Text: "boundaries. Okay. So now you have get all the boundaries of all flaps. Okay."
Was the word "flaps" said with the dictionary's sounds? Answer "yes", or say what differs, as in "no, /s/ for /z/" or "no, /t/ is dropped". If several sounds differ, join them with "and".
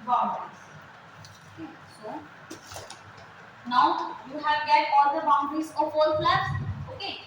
no, /p/ is dropped